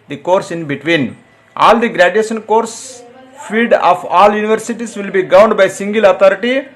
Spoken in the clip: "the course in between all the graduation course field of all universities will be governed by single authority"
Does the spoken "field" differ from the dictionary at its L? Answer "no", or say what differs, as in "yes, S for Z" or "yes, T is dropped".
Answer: yes, L is dropped